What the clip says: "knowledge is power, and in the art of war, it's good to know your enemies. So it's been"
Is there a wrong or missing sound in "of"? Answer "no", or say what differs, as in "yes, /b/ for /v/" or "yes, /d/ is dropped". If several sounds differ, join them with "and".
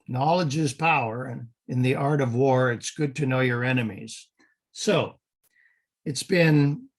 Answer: no